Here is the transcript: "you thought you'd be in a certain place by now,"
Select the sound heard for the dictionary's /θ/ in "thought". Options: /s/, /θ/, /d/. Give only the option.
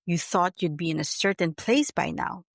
/θ/